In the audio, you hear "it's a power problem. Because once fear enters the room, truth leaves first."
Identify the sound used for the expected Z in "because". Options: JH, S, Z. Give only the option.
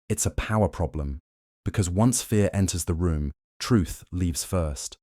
Z